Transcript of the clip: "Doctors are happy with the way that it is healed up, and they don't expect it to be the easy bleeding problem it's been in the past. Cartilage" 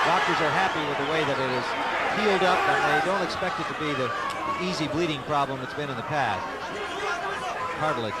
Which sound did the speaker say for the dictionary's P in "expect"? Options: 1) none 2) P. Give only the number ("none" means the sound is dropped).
2